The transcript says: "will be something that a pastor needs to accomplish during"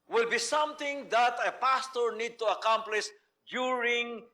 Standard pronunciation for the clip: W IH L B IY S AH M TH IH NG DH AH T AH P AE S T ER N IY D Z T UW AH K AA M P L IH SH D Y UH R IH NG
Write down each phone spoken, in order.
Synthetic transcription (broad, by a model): W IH L B IY S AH M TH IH NG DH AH T AH P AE S T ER N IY D T UW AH K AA M P L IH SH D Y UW R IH NG